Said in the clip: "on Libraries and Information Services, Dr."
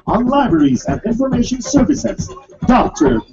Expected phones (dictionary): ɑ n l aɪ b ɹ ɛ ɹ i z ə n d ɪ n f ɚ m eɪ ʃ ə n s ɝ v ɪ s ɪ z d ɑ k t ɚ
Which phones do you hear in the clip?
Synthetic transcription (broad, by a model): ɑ n l aɪ b ɹ ɛ ɹ i z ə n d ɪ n f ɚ m eɪ ʃ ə n s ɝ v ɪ s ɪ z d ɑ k t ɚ